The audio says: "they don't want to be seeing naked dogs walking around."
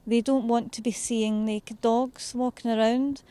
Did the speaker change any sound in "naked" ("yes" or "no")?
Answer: yes